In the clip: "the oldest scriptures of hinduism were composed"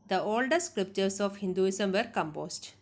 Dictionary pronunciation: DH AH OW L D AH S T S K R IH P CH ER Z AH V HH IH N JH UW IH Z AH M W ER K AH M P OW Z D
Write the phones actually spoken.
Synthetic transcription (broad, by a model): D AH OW L D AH T S K R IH P CH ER S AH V HH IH N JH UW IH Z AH M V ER K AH M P OW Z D